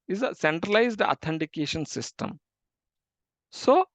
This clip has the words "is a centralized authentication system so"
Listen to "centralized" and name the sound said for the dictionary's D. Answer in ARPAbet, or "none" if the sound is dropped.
D